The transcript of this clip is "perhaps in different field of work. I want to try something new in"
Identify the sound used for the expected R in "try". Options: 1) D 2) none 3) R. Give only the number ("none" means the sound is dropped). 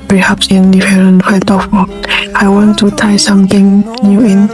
2